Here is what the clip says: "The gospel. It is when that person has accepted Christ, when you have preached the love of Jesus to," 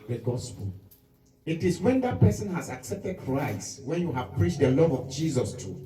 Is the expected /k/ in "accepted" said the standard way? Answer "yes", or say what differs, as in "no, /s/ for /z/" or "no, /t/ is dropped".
yes